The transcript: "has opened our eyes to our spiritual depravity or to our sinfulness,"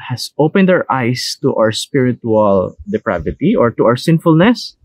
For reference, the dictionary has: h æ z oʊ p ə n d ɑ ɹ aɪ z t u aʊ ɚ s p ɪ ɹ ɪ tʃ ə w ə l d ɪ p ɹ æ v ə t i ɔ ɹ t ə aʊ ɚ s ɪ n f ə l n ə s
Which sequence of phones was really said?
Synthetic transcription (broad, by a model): h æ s oʊ p ə n d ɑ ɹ aɪ s t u aʊ ɚ s p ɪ ɹ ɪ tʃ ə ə l d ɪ p ɹ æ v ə t i ɔ ɹ t ə aʊ ɚ s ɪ n f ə l n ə s